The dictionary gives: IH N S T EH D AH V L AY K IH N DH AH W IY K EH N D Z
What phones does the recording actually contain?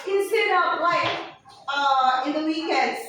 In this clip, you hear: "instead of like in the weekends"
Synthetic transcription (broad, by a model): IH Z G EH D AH P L AY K IH N DH AH W IY K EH N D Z